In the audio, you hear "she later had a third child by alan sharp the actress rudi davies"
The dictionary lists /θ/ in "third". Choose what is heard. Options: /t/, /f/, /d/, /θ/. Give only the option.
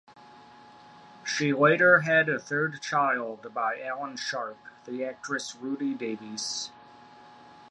/θ/